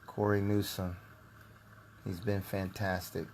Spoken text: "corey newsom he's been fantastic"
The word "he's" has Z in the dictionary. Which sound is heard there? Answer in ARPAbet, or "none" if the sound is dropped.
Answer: Z